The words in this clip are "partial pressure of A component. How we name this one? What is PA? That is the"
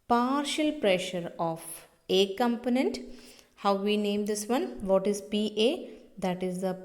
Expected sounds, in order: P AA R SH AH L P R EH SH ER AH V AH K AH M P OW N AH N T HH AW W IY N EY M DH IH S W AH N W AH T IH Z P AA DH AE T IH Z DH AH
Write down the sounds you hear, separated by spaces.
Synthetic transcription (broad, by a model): P AA R SH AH L P R EH SH ER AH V AH K AH M P OW N AH N T HH AW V IY N EY M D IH S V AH N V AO T IH Z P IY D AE T IH Z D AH